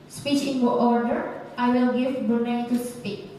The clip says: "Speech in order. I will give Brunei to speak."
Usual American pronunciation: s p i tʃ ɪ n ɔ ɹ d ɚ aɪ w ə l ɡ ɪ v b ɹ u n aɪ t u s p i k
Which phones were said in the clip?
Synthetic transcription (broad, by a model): s p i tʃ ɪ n ɔ ɹ d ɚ aɪ w ə l ɡ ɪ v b u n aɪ t u s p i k